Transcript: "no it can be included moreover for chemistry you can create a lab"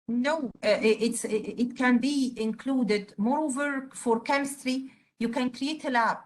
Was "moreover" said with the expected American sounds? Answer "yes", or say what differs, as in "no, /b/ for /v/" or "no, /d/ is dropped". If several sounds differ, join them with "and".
yes